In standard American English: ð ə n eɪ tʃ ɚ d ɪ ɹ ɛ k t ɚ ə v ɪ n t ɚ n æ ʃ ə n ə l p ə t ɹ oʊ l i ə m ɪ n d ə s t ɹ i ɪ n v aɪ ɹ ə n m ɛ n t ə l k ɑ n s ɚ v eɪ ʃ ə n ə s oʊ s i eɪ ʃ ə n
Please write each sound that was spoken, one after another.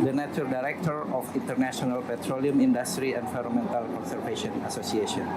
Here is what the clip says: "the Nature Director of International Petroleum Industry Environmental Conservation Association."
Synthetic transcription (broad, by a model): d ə n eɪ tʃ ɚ d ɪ ɹ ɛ k t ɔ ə f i n t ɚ n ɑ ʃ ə n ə l p ə t ɹ oʊ l i ə m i n d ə s t ɹ i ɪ n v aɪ ɹ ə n m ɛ n t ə l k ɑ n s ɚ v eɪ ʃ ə n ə s oʊ s i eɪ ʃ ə n